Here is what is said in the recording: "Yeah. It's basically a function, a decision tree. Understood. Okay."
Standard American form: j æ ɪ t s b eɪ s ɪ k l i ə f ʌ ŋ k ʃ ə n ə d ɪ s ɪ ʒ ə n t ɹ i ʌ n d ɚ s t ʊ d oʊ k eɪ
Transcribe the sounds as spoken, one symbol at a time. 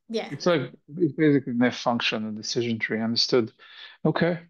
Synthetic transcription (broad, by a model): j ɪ ɪ t s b eɪ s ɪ k l i ə f ʌ ŋ k ʃ ə n ə d ɪ s ɪ ʒ ə n t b i ʌ n d ɚ s t ʊ d oʊ k eɪ